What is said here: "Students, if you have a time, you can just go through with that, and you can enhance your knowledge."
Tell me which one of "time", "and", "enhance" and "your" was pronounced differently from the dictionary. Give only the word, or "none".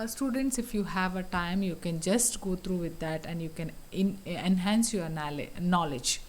your